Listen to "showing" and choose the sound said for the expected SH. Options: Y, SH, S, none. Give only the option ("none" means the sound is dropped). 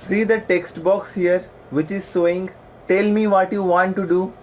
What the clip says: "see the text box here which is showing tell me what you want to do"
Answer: S